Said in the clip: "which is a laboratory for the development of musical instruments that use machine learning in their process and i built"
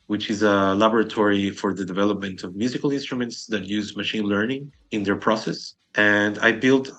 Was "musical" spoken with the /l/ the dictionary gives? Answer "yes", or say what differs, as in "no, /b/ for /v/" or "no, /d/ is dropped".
yes